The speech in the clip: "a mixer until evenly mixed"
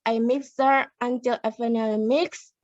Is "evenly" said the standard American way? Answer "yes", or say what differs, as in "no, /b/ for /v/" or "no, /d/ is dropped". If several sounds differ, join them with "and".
no, /f/ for /v/